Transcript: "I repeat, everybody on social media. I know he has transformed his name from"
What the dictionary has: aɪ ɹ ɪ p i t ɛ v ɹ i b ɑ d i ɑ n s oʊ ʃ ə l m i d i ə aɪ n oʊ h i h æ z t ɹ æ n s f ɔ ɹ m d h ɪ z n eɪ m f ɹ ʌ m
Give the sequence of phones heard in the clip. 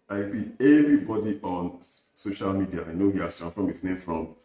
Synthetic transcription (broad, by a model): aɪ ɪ b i ɛ v ɹ i b ɑ d i ɑ n s oʊ ʃ ə l m i d i ə aɪ n oʊ h i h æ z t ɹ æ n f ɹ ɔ m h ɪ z n eɪ m f ɹ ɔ m